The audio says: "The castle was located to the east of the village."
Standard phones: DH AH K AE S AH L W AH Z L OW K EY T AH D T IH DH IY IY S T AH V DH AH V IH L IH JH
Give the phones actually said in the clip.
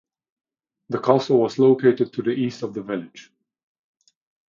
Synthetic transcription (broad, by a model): DH AH K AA S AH L W AH Z L OW K EY T AH D T IH DH IY IY S T AH V DH AH V IH L IH JH